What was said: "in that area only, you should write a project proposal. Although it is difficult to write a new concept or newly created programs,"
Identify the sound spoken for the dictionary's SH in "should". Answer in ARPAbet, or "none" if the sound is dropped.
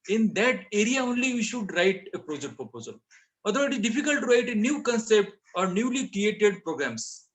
SH